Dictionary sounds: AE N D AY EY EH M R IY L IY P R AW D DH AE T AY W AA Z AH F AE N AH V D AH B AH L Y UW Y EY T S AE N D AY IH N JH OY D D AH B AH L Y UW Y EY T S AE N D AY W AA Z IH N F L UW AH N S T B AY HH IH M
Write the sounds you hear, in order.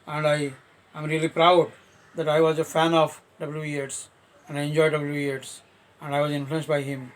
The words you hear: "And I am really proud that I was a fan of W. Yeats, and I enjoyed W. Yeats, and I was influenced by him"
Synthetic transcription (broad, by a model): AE N D AY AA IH M R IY L IY P R AW D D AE T AY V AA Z AH F AE N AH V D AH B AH L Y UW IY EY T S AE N D AY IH N JH OY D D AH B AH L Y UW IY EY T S AE N D AY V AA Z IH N F L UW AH N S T B AY HH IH M